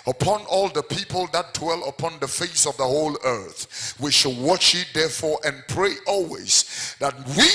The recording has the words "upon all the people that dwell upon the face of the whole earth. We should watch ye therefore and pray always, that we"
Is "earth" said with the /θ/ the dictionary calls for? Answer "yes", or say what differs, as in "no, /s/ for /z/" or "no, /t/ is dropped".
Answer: yes